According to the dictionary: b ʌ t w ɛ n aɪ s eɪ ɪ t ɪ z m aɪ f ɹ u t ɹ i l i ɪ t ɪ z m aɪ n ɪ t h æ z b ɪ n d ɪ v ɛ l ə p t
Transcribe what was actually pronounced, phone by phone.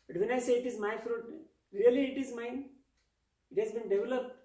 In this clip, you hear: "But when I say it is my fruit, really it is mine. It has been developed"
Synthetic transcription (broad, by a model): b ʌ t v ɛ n aɪ s eɪ ɪ t ɪ z m aɪ f ɹ u t ɹ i l i ɪ t ɪ z m aɪ n ɪ t h æ z b ɪ n d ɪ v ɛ l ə p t